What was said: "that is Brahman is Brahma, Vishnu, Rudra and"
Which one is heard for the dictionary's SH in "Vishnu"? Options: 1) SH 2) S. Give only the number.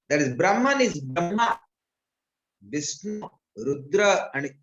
2